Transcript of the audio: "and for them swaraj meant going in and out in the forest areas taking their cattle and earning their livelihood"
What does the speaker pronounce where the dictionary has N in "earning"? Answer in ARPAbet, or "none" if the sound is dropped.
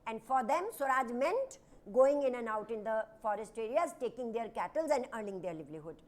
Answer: L